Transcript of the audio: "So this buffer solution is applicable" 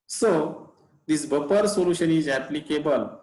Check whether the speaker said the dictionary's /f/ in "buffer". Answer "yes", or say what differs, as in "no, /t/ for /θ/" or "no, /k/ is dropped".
no, /p/ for /f/